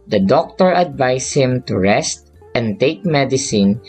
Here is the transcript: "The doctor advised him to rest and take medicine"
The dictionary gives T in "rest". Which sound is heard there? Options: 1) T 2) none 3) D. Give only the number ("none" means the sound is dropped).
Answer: 1